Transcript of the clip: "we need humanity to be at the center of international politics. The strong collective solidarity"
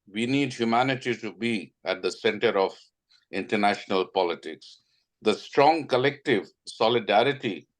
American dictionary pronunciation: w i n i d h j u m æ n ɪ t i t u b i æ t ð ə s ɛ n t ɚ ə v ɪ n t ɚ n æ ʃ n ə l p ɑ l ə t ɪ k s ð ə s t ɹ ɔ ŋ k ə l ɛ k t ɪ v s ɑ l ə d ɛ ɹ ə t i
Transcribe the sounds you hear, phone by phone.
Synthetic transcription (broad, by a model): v i n i d h j u m æ n ɪ t i t u b i æ t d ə s ɛ n t ɚ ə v ɪ n t ɚ n æ ʃ n ə l p ɑ l ə t ɪ k s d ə s t ɹ ɔ ŋ k ə l ɛ k t ɪ v s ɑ l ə d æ ɹ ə t i